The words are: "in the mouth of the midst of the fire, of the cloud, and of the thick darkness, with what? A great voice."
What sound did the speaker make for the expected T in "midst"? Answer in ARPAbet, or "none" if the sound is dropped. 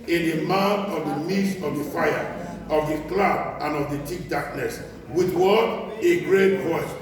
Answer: none